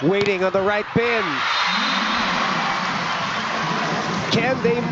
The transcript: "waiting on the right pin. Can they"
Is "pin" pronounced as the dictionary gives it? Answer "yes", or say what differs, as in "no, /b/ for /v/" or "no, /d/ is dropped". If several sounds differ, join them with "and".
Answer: no, /b/ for /p/